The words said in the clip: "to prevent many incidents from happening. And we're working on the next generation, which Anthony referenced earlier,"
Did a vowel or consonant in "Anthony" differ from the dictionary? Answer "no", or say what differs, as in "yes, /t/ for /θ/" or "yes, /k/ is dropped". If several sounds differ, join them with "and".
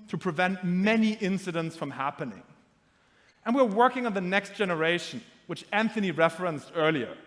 no